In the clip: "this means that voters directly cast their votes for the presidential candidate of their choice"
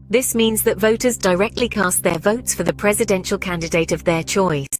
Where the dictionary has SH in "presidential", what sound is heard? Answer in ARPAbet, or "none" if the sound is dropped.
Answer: SH